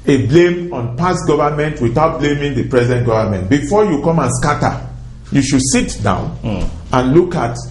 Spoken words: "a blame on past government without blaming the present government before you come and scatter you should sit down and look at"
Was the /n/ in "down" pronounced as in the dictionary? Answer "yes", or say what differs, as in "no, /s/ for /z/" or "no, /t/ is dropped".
yes